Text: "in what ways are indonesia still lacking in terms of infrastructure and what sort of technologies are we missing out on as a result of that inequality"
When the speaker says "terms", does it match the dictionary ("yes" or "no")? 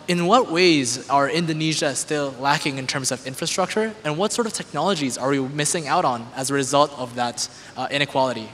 yes